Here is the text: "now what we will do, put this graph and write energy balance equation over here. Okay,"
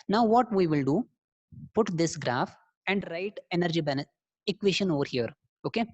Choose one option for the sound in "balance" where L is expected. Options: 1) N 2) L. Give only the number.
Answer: 1